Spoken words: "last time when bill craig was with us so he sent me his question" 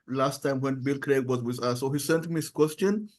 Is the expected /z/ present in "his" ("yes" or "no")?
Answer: no